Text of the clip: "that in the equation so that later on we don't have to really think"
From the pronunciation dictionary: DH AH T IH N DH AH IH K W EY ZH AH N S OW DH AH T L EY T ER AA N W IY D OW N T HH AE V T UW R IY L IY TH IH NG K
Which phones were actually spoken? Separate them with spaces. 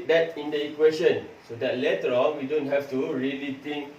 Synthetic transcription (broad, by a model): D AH T IH N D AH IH K W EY SH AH N S OW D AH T L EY T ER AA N W IY D OW N T HH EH F T UW R IY L IY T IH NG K